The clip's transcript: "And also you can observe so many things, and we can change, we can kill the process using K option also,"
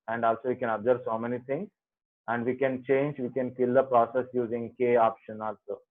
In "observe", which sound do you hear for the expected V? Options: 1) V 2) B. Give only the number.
2